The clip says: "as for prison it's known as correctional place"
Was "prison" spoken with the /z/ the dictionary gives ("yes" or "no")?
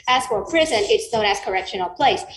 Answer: yes